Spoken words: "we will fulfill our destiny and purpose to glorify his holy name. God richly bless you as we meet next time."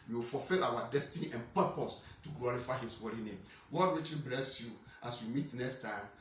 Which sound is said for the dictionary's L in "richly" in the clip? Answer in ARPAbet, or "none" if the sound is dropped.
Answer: none